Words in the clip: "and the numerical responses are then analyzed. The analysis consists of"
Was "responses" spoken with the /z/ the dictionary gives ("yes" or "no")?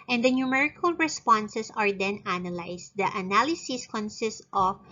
no